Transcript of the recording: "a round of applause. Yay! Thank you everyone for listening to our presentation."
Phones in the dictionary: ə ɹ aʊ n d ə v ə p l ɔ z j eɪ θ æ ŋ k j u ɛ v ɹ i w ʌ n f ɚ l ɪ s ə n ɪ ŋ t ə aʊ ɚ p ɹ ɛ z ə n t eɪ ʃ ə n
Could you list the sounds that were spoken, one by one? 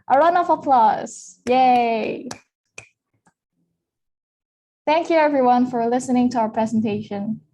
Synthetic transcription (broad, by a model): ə ɹ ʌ n ə f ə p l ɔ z j eɪ θ æ ŋ k j u ɛ v ɹ i w ʌ n f ɚ l ɪ s ə n ɪ ŋ t ə aʊ ɚ p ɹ ɛ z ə n t eɪ ʃ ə n